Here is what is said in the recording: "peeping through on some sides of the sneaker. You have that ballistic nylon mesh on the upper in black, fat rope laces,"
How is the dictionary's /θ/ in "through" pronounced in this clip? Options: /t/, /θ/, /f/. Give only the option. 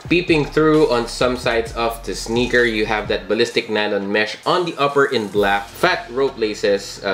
/θ/